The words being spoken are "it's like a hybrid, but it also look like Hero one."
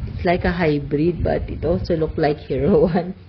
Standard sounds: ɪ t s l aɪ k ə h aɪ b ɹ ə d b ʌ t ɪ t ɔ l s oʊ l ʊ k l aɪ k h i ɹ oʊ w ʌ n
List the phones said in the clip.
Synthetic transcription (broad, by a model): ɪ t s l aɪ k ə h aɪ b ɹ ə d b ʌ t ɪ t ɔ s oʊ l ʊ k l aɪ k h i ɹ oʊ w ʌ n